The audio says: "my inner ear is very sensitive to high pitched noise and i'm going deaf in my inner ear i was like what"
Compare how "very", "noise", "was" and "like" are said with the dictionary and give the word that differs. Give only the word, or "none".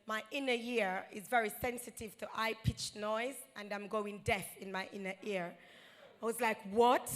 none